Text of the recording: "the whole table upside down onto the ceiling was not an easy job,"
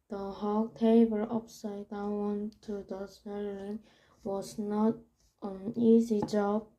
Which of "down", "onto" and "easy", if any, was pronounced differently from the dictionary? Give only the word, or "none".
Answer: down